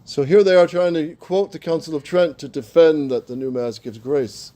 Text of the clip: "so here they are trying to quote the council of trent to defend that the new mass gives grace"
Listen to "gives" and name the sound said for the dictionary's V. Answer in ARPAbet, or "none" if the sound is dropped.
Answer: V